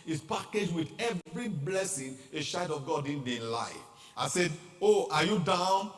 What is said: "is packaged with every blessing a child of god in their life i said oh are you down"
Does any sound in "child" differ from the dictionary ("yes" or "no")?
yes